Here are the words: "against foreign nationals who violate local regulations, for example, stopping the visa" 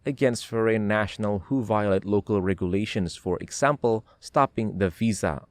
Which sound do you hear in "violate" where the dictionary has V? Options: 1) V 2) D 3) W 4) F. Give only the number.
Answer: 1